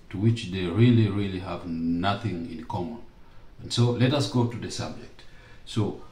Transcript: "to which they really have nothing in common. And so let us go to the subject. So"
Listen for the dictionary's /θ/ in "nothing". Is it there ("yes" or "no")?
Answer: yes